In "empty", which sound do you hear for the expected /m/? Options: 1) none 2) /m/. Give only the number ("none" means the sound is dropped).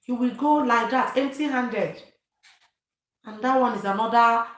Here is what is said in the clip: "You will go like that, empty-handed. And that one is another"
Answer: 1